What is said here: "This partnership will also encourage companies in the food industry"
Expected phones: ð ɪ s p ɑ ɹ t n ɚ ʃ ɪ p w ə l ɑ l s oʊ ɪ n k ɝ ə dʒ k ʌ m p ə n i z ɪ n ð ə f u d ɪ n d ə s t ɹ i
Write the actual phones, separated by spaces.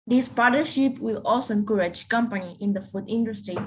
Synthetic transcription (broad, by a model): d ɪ s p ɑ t n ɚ ʃ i p w ə l ɑ l s oʊ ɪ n k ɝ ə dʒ k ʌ m p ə n i ɪ n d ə f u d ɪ n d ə s t ɹ i